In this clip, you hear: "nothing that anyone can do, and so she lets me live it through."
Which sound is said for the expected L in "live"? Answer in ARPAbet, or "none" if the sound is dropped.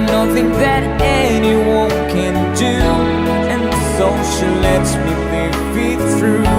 W